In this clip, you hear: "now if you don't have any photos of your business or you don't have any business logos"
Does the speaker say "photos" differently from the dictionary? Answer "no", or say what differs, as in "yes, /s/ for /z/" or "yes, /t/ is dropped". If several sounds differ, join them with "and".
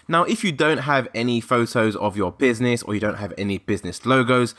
no